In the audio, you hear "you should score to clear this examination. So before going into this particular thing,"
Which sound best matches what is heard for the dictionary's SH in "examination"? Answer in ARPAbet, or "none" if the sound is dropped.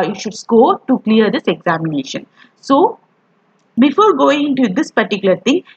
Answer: SH